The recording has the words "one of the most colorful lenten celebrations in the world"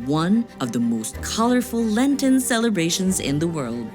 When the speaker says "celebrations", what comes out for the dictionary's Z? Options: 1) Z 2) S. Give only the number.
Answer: 1